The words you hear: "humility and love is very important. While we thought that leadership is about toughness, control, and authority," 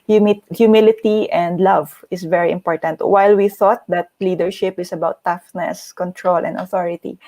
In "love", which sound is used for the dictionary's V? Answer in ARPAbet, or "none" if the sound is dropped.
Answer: V